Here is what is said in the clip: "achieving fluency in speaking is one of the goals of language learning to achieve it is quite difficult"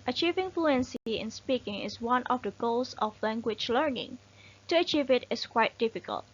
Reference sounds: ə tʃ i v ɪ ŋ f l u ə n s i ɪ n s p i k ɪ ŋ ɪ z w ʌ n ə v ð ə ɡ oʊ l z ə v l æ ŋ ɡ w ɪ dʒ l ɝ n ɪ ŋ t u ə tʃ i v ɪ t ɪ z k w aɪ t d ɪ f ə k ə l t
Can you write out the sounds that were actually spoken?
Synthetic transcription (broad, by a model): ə tʃ i v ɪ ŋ f l u ə n s i ɪ n s p i k ɪ ŋ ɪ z w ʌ n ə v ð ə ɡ oʊ l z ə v l æ ŋ ɡ w ɪ dʒ l ɝ n ɪ ŋ t u ə tʃ i v ɪ t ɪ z k w aɪ t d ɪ f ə k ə l t